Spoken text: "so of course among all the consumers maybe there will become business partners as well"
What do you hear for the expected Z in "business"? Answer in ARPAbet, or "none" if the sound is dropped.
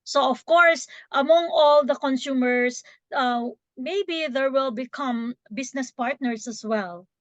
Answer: S